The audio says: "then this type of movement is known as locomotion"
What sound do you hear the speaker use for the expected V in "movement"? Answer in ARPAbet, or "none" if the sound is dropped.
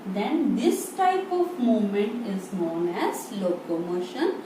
none